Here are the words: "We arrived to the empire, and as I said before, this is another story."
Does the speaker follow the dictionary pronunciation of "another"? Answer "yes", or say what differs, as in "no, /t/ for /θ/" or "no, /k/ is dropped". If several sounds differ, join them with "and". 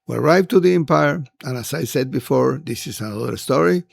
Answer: no, /l/ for /n/